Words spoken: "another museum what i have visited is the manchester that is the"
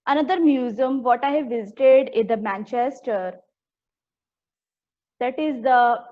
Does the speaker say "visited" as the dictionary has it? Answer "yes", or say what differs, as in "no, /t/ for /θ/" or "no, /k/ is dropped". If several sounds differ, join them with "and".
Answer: yes